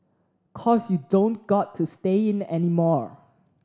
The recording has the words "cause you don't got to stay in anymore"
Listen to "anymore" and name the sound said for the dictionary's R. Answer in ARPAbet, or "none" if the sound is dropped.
R